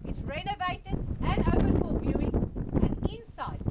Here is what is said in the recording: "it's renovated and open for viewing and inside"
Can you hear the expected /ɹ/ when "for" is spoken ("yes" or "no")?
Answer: no